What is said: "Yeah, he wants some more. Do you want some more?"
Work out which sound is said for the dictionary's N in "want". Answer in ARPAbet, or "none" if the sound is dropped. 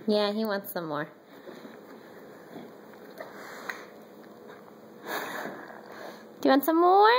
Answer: N